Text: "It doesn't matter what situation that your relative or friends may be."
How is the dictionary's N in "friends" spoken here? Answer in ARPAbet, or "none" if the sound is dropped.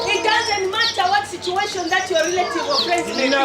none